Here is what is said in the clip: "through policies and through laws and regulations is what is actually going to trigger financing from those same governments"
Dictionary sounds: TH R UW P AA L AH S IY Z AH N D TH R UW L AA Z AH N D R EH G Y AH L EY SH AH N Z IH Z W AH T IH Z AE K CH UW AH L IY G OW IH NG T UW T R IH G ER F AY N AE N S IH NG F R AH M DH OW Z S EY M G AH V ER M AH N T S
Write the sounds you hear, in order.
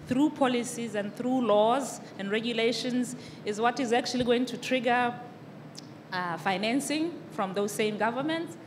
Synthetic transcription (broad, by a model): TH R UW P AA L AH S IY Z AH N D TH R UW L AA Z AH N D R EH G Y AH L EY SH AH N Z IH Z W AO T IH Z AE K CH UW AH L IY G OW IH NG T UW T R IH G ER F AY N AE N S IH NG F R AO M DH OW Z S EY M G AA V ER M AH N T S